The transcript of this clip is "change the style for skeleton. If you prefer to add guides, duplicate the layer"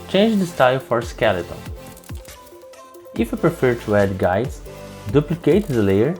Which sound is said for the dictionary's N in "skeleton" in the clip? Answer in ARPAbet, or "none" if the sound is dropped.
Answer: L